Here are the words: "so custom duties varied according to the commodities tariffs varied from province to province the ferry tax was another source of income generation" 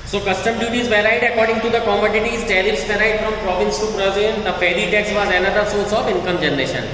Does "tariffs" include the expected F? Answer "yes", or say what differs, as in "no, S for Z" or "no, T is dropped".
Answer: no, P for F